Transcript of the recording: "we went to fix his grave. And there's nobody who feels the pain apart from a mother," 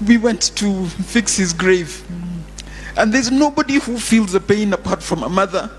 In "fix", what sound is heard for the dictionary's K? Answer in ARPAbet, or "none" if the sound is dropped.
K